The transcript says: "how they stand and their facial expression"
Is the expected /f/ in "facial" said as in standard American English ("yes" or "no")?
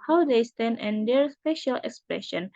no